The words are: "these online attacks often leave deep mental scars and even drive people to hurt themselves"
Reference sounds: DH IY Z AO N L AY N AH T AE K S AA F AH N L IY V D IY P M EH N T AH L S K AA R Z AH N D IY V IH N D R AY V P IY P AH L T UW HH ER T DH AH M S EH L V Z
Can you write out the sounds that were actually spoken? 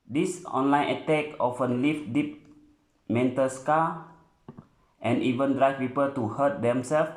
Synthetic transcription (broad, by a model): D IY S AO N L AY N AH T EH K AA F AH N L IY F D IY P M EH N T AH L S K AA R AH N IY V IH N D R AY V P IY P AH L T UW HH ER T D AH M S EH L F